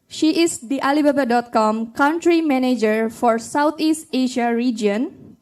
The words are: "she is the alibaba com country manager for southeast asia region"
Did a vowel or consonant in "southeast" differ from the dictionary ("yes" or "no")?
yes